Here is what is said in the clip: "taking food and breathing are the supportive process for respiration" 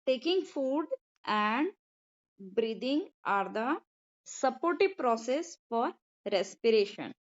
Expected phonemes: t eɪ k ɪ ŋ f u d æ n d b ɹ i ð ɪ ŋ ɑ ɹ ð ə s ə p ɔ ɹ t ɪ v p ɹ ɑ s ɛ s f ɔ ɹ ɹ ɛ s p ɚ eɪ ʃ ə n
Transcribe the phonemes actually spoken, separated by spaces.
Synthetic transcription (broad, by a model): t eɪ k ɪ ŋ f u d æ n d b ɹ i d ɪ ŋ ɑ ɹ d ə s ə p ɔ ɹ t ɪ v p ɹ ɑ s ɛ s f ɔ ɹ ɹ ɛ s p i eɪ ʃ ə n